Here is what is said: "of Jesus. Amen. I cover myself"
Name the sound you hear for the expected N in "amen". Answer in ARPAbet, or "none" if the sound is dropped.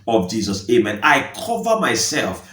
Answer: N